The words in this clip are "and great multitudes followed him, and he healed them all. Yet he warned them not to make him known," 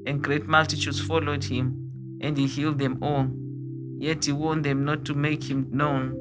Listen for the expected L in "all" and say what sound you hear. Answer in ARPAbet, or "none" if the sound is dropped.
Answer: N